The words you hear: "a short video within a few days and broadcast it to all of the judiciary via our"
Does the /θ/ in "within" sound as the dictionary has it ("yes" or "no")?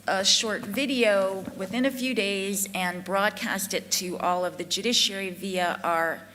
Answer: yes